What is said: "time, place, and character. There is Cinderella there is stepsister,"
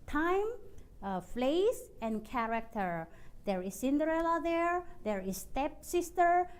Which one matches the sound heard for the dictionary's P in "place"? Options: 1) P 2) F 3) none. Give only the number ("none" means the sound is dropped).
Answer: 2